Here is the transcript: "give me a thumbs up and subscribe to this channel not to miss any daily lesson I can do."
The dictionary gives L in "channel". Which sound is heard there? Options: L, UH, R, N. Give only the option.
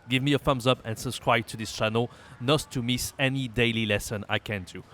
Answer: L